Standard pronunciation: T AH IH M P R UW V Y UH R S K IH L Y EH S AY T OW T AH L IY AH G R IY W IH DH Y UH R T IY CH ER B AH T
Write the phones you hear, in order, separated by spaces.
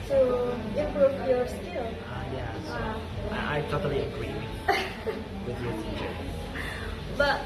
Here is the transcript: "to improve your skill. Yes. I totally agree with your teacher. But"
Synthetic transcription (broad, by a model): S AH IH P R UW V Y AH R S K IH L Y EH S AY T OW T AH L IY AH G R IY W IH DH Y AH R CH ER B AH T